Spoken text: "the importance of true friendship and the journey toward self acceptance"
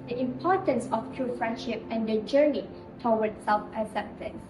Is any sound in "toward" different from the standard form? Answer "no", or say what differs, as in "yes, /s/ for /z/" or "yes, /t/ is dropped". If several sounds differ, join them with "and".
yes, /w/ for /ɹ/